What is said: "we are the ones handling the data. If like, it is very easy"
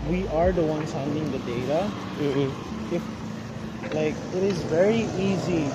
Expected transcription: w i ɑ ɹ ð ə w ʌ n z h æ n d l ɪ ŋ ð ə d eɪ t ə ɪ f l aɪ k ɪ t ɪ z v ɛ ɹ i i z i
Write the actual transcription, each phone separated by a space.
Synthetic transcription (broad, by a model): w i ɑ ɹ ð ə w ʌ n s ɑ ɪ n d ɪ ŋ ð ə d eɪ t ə ɪ f l aɪ k ɪ t ɪ z v ɛ ɹ i i z i